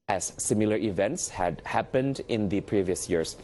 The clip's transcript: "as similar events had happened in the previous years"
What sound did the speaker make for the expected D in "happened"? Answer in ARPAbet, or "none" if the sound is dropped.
D